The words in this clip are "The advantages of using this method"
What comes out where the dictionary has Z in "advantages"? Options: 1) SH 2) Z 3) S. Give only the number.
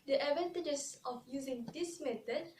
3